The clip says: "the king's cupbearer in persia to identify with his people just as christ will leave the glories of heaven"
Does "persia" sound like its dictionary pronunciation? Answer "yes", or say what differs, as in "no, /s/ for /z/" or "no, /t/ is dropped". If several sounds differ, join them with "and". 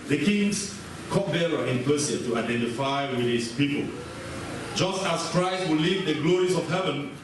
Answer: no, /s/ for /ʒ/